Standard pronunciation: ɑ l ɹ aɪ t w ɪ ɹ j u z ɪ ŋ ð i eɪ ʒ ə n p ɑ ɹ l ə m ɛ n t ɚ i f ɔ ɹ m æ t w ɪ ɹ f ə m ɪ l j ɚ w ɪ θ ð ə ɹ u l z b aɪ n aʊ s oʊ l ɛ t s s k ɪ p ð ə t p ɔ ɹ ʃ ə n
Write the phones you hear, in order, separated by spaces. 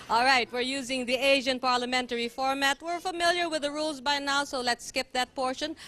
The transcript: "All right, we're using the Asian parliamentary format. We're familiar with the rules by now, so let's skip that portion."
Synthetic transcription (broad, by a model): ɑ l ɹ aɪ t w ɪ ɹ j u z ɪ ŋ ð i eɪ ʒ ə n p ɑ ɹ l ə m ɛ n t ɚ i f ɔ ɹ m æ t w ɪ ɹ f ə m ɪ l j ɚ w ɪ ð ə ɹ u l z b aɪ n aʊ s oʊ l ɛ t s s k ɪ p ð ə t p ɔ ɹ ʃ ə n